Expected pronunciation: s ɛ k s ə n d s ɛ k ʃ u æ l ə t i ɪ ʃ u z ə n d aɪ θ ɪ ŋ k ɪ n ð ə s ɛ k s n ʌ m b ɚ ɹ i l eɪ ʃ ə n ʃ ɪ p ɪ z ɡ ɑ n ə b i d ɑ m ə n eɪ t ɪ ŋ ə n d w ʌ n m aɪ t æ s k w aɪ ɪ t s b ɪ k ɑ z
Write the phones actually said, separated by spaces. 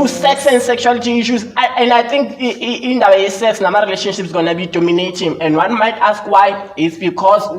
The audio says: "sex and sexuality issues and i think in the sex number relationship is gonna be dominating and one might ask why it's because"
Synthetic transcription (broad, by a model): s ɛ k s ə n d s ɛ k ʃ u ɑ l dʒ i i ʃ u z ə n d aɪ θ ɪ ŋ k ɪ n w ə s ɛ k s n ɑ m ɑ ɹ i l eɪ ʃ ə n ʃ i p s ɡ ɑ n ə b i d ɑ m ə n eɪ t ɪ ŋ ə n d w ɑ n m aɪ t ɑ s k w aɪ ɪ t s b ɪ k ɑ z